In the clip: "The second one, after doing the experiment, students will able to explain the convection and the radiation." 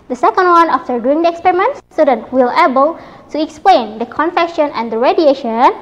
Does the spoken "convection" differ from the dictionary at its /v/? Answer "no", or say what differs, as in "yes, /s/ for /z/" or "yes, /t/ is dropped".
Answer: yes, /f/ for /v/